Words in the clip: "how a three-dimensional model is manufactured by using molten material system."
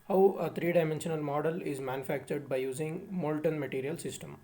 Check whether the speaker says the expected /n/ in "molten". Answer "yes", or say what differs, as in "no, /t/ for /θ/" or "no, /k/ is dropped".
yes